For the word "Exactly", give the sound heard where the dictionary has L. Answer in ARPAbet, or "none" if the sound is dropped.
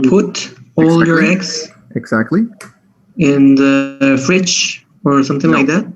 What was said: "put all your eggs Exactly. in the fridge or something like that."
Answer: L